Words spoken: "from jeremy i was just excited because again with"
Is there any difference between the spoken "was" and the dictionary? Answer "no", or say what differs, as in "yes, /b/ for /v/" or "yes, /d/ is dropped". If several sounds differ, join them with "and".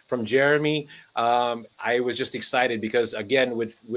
no